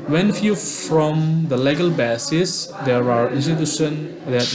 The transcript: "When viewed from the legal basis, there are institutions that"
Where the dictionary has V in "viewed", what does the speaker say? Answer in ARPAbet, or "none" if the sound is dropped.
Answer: F